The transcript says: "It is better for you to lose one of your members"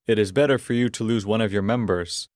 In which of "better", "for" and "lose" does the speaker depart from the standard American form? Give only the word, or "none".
none